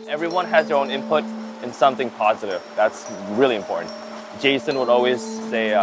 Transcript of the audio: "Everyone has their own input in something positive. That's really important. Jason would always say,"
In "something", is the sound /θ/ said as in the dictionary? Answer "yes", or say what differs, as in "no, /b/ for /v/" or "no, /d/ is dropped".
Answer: yes